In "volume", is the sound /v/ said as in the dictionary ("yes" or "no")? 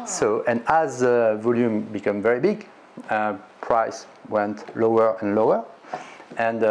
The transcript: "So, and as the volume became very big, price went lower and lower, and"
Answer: yes